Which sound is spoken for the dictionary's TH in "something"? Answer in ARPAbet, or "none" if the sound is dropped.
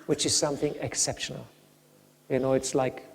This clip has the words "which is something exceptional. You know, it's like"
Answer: TH